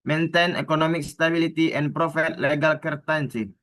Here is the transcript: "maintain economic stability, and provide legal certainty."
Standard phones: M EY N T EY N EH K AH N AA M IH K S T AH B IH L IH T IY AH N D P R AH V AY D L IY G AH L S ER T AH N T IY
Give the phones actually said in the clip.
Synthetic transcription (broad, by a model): M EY N T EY N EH K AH N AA M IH K S T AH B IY L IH T IY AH N P R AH F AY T L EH G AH L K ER T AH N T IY